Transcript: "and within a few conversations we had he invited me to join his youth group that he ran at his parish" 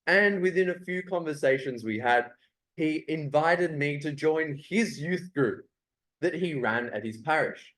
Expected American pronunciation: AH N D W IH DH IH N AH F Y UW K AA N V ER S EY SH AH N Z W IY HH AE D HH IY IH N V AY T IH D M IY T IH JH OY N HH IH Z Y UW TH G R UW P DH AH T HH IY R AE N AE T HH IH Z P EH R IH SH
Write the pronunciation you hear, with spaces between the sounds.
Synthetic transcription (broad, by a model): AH N W IH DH IH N AH F Y UW K AA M V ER S EY SH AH N Z W IY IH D HH IY IH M V AY T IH D M IY T IH JH OY N IH Z Y UW TH G R UW P DH AH T HH IY R AE N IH T HH IH Z P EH R IH SH